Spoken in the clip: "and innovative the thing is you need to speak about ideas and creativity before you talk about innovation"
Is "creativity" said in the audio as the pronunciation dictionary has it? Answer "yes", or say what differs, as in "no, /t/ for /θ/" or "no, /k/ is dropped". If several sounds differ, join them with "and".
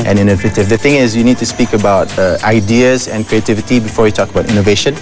yes